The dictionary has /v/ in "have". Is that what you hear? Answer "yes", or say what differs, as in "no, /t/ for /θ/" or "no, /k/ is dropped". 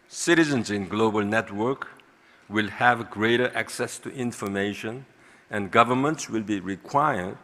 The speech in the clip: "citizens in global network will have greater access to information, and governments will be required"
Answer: yes